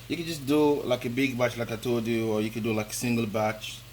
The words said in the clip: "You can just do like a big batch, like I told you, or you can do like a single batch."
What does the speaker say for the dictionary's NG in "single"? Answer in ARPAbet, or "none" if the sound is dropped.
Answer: NG